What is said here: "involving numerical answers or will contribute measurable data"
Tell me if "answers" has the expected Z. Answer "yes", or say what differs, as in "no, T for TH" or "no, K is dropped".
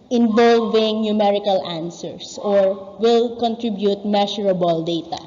no, S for Z